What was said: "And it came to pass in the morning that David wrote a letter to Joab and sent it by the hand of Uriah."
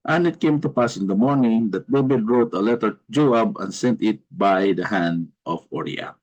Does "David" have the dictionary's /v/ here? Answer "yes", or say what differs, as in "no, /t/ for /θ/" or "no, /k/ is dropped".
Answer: no, /b/ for /v/